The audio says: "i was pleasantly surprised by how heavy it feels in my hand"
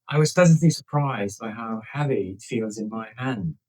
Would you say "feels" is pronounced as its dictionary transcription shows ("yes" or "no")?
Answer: yes